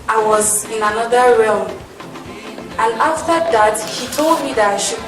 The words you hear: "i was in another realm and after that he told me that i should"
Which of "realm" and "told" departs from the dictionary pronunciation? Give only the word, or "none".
none